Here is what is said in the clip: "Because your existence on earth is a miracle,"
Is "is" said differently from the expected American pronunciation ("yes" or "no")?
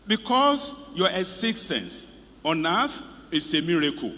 yes